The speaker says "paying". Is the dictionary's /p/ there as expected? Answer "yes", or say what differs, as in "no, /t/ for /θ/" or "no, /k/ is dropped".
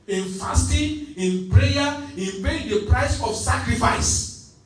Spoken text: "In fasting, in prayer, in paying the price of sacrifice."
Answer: no, /b/ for /p/